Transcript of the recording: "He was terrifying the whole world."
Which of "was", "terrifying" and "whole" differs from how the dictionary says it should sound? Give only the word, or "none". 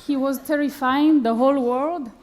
none